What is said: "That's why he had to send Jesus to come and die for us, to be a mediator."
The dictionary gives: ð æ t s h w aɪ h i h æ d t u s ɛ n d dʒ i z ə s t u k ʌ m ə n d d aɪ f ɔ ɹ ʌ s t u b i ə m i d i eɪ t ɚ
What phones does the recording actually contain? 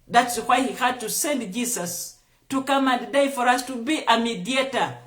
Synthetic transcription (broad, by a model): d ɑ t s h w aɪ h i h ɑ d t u s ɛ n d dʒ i s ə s t u k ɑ m ə n d d aɪ f ɔ ɹ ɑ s t u b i ə m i d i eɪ t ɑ